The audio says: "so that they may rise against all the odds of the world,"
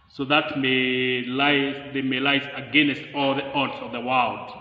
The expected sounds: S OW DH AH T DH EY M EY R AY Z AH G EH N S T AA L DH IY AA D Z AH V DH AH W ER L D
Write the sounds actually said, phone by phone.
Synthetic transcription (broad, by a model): S OW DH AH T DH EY M EY L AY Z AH G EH N S T AA L DH IY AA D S AH V DH AH W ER L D